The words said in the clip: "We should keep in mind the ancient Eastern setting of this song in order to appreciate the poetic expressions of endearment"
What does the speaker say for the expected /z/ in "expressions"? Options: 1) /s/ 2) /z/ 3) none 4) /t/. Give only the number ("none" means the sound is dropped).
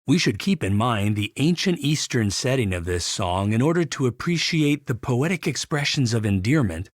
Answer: 2